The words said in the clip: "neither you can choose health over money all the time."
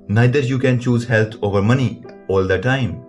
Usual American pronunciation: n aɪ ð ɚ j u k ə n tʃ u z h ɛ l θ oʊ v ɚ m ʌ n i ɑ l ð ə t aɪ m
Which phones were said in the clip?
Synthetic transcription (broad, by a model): n aɪ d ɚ j u k ə n tʃ u z h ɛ l t oʊ v ɚ m ʌ n i ɑ l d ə t aɪ m